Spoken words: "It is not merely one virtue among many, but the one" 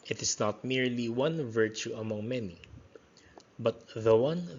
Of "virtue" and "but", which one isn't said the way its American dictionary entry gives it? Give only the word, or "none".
none